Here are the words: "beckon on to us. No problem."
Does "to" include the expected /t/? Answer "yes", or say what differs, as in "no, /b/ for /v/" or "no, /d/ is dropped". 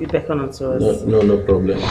no, /s/ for /t/